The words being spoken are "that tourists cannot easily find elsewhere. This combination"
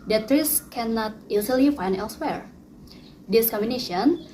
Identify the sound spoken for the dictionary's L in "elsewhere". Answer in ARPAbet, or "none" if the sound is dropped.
L